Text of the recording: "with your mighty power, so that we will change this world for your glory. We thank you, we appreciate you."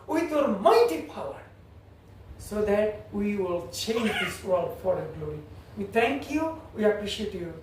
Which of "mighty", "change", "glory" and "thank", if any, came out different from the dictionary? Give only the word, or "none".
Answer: thank